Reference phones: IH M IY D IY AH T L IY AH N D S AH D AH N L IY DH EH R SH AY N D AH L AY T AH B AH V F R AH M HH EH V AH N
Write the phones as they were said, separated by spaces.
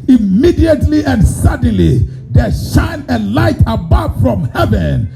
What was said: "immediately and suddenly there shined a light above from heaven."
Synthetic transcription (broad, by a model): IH M IY D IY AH T L IY AH N D S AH D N L IY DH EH SH AY N AH L AY T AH B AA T F R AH M HH EH V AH N